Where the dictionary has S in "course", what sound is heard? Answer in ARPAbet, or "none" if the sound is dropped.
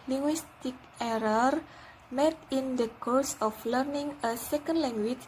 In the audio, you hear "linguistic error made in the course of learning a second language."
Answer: S